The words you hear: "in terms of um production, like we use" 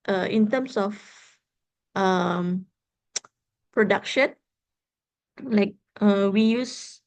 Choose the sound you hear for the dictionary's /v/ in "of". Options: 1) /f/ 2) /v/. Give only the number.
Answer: 1